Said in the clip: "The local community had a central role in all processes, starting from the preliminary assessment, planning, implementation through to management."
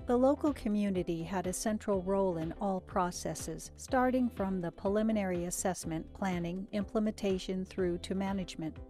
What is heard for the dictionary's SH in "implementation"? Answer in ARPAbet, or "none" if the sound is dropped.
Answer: SH